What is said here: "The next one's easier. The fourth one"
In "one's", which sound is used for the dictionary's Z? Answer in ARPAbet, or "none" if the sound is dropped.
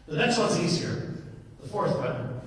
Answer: Z